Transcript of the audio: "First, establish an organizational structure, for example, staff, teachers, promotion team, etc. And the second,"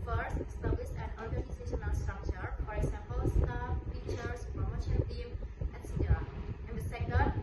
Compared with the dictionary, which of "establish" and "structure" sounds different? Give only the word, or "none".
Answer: establish